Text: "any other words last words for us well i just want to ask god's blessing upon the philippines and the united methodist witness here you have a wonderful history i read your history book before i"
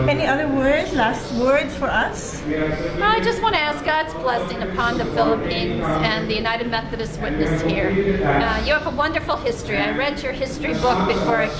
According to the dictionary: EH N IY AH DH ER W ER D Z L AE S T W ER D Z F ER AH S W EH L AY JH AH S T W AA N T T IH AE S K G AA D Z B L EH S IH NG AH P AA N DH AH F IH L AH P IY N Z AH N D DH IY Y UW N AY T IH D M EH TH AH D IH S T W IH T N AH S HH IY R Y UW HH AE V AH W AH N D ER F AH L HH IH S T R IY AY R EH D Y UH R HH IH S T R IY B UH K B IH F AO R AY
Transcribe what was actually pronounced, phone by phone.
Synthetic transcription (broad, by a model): EH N IY AH DH ER W ER D Z L AE S T W ER D Z F ER AH S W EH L AY JH AH S T W AA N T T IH AE S K G AA D Z B L EH S IH NG AH P AA N DH AH F IH L AH P IY N Z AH N DH IY Y UW N AY T IH D M EH TH AH D IH S T W IH T N AH S HH IY R Y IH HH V AH W AH N D ER F L HH IH S T R IY AY R EH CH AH R HH IH S T R IY B UH K B IH F AO R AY